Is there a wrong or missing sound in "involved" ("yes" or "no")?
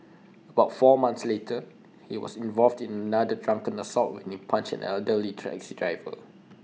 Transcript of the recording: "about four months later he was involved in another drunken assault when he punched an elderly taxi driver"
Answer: no